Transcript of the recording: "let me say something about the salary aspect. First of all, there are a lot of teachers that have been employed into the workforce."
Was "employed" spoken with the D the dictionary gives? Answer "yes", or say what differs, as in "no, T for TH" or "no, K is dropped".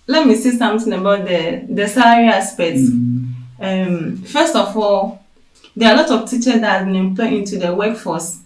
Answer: no, D is dropped